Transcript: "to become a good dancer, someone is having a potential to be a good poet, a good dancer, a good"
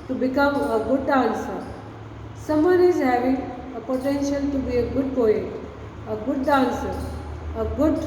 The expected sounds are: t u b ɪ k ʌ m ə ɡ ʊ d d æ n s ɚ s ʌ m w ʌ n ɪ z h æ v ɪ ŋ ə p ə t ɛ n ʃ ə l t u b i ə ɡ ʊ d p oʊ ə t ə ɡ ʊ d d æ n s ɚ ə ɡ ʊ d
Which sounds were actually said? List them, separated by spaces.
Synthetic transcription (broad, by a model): t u b ɪ k ʌ m ə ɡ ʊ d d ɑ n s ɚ s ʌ m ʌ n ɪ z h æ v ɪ ə p ə t ɛ n ʃ ə l t u b i ə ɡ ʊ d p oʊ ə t ə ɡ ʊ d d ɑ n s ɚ ə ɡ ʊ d